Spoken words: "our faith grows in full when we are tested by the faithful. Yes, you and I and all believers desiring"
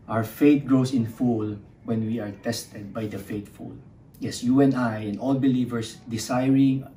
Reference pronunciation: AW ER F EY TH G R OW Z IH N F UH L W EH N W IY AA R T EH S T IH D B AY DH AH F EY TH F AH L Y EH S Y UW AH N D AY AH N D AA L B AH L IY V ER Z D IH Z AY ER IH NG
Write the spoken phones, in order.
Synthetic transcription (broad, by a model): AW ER F EY T G R OW S IH N F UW L W EH N W IY AA R T EH S T IH D B AY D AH F EY T F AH L Y EH S Y UW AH N AY AH N D AA L B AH L IY V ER S D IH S AY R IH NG